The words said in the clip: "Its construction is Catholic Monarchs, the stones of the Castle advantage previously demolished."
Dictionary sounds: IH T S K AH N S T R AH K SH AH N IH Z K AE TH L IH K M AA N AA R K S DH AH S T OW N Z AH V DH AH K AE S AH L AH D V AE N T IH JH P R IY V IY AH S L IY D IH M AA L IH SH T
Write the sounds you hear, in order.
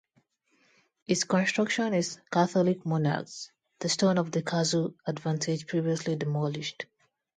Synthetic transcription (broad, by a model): IH T S K AH N S T R AH K SH AH N IH Z K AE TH L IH K M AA N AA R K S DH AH S T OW N AH V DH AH K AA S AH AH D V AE N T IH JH P R IY V IY AH S L IY D IH M AA L IH SH T